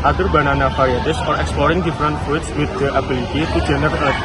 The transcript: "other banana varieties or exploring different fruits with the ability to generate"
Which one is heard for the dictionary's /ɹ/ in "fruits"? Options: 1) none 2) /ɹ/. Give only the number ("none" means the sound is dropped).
1